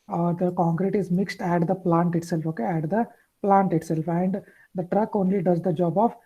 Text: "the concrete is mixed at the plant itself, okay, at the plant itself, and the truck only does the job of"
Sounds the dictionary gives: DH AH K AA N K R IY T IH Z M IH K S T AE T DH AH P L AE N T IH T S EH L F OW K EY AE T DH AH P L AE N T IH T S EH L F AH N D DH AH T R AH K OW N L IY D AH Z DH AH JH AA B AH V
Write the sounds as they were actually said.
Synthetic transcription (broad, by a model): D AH K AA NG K R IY T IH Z M IH K S T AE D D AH P L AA N T IH T S EH L F OW K EY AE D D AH P L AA N T IH T S EH L F AH N D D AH T R AH K OW N L IY D AH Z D AH JH AA B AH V